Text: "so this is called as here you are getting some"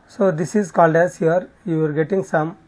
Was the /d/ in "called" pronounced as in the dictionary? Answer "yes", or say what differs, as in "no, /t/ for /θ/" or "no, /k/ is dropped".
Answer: yes